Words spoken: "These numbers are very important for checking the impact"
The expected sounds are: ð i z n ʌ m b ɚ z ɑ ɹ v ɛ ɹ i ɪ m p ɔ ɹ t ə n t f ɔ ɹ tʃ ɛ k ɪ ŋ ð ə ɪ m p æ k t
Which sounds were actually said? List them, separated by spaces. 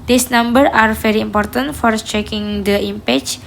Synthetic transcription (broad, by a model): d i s n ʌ m b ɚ ɑ ɹ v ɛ ɹ i ɪ m p ɔ ɹ t ə n t f ɔ ɹ tʃ ɛ k ɪ ŋ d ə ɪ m p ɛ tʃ